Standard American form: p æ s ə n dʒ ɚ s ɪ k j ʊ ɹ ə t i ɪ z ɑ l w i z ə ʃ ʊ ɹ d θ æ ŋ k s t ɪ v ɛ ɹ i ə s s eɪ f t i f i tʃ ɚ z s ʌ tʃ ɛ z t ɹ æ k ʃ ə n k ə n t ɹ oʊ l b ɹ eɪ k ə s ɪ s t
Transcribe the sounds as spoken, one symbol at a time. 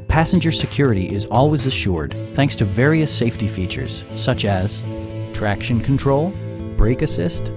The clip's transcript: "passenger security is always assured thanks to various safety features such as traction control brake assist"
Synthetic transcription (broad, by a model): p æ s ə n dʒ ɚ s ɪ k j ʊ ɹ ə t i ɪ z ɑ l w i z ə ʃ ʊ ɹ d θ æ ŋ k s t ɪ v ɛ ɹ i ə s s eɪ f t i f i tʃ ɚ z s ʌ tʃ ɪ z t ɹ æ k ʃ ə n k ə n t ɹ oʊ l b ɹ eɪ k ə s ɪ s t